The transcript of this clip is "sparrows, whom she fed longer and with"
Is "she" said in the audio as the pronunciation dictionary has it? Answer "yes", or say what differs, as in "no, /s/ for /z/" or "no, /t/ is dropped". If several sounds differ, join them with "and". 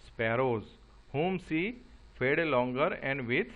no, /s/ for /ʃ/